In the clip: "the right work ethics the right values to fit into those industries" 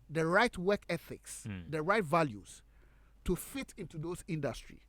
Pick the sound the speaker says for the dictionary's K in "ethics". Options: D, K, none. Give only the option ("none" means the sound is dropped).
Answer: K